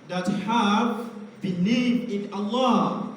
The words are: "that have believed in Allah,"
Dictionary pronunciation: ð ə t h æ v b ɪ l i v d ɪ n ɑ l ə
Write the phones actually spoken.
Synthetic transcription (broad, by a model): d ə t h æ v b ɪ n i d ɪ n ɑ l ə